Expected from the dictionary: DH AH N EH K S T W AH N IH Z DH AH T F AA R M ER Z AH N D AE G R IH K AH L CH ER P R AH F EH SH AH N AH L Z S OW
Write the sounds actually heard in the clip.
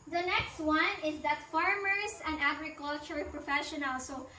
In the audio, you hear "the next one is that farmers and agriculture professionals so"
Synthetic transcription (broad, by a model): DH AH N EH K S T W AH N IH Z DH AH T F AA R M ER S AH N D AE G R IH K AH L CH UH P R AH F EH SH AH N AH L S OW